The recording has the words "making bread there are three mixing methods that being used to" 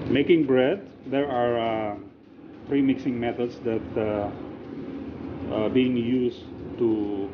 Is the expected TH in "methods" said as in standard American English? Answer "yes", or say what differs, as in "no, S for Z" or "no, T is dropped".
no, T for TH